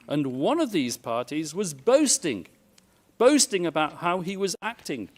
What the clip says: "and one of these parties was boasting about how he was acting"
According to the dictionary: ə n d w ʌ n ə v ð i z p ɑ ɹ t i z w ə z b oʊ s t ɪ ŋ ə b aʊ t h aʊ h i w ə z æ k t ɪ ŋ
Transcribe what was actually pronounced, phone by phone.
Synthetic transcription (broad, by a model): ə n w ʌ n ə v ð i z p ɑ ɹ t i z w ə z b oʊ s t ɪ ŋ ə b aʊ t h aʊ i w ə z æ k t ɪ ŋ